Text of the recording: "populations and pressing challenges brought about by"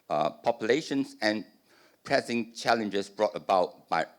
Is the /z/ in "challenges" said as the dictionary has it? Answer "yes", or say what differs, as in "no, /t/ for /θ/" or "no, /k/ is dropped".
no, /s/ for /z/